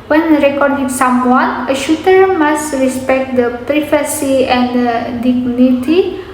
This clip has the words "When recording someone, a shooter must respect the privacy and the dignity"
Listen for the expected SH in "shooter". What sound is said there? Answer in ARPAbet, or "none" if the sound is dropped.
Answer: SH